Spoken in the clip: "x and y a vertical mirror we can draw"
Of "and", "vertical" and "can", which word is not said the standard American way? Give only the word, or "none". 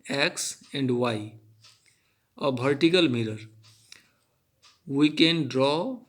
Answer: vertical